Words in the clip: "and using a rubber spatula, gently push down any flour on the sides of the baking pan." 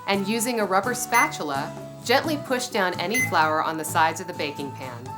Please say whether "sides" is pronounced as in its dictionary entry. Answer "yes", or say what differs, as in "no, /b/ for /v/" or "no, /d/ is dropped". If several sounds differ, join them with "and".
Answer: yes